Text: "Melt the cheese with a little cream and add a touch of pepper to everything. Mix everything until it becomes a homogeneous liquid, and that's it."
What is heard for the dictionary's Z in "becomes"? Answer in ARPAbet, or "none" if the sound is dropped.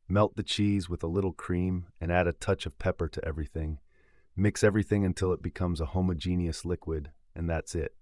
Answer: Z